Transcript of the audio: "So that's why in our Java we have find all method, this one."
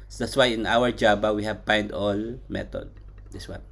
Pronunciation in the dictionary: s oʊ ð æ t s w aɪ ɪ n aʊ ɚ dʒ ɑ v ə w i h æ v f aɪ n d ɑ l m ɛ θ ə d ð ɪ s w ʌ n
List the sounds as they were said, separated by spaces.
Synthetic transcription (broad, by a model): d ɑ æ t s w aɪ ɪ n aʊ ɚ dʒ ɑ b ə w i h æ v p aɪ n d ɑ l m ɛ t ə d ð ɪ s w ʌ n